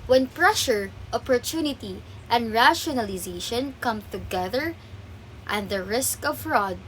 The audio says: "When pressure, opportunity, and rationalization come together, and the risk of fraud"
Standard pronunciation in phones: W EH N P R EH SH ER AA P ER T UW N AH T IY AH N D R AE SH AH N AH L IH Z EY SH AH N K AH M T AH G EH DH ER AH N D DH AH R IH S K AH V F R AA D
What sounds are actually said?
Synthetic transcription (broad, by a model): W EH N P R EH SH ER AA P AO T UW N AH T IY AH N D R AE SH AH N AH L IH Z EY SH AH N K AH M T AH G EH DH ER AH N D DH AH R IH S K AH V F R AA D